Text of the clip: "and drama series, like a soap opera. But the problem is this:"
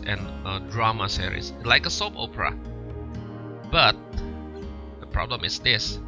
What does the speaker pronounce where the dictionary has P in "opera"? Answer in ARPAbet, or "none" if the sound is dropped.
P